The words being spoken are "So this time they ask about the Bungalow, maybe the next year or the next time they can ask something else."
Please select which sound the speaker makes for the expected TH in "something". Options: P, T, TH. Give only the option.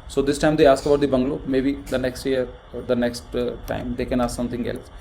T